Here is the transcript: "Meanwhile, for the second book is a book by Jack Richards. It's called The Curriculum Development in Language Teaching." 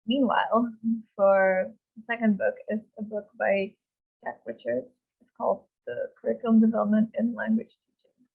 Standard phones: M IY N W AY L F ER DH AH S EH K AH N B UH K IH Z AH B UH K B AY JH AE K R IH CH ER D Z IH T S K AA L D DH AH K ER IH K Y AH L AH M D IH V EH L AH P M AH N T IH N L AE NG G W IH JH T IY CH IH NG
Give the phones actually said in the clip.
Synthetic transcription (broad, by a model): M IY N W AY L F ER DH AH S EH K AH N B UH K IH Z AH B UH K B AY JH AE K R IH CH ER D IH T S K AA L D DH AH K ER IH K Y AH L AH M D IH V EH L AH P M AH N T IH N L AE NG G W IH JH T IY CH IH NG